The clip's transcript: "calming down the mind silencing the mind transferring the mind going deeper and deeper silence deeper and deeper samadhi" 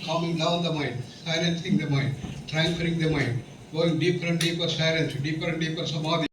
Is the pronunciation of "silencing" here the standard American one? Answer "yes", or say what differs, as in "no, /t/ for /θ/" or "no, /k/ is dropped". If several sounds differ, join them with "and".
no, /n/ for /l/